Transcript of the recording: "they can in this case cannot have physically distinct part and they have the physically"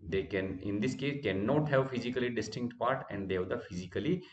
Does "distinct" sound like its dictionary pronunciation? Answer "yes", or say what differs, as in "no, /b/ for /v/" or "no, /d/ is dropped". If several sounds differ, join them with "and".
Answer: yes